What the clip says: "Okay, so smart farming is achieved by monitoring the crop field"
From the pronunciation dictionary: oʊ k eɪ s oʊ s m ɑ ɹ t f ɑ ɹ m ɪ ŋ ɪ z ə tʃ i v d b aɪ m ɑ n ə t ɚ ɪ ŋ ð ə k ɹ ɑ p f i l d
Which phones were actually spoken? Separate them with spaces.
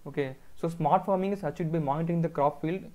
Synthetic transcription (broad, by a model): oʊ k eɪ s oʊ s m ɑ ɹ t f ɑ ɹ m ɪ ŋ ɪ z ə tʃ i d b aɪ m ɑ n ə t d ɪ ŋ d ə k ɹ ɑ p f i l d